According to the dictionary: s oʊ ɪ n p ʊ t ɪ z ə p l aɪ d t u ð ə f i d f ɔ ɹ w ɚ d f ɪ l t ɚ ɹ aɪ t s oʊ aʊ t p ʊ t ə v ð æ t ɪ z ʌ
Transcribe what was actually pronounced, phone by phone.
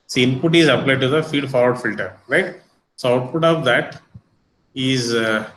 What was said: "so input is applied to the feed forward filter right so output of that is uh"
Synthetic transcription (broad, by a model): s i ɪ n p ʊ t ɪ z ə p l aɪ d t u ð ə f i d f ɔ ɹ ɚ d f ɪ l t ɚ ɹ aɪ t s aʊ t f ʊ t ə v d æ t ɪ z